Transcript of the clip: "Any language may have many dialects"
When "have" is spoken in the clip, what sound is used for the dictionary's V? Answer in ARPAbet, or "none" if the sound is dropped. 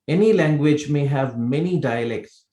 V